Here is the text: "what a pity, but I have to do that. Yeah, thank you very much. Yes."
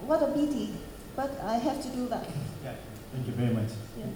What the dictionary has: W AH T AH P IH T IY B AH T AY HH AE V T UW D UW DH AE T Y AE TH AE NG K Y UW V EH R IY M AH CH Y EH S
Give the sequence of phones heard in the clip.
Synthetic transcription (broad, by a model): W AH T AH B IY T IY B AH T AY HH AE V T UW D UW DH AE T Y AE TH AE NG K Y UW V EH R IY M AH CH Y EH